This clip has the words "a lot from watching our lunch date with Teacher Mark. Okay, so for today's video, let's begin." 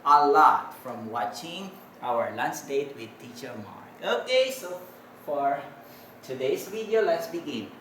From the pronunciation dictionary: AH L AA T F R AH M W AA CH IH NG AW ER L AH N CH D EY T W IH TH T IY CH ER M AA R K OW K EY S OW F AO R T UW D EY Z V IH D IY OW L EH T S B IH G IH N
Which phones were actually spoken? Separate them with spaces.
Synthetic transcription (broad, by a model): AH L AA T F R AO M W AA CH IH NG AW ER L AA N S D EY T W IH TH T IY CH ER M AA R OW K EY S OW F AO R T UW D EY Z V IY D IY OW L EH T S B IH G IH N